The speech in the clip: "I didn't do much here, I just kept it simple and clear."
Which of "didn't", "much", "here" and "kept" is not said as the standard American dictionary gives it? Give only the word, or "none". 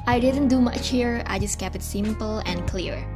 kept